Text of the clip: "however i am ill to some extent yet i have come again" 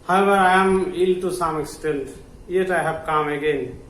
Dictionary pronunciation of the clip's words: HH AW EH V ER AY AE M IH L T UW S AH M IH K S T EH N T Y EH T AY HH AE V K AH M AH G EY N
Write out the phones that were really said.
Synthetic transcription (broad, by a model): HH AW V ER AY M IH L T UW S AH M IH K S T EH N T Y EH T AY HH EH B K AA M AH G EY N